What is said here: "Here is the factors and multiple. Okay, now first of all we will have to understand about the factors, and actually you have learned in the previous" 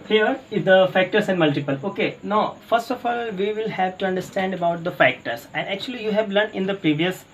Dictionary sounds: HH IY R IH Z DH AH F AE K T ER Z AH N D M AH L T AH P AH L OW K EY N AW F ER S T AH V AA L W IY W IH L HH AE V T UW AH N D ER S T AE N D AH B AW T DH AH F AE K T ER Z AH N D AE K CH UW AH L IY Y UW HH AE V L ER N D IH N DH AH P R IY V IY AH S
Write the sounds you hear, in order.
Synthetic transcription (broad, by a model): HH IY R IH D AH F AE K T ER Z AH N D M AH L T AH P AH L OW K EY N AW F ER S T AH F AA L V IY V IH L HH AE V T UW AH N D ER S T AE N D AH B AW T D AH F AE K T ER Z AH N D AE K CH UW AH L IY Y UW HH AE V L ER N IH N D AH P R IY V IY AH S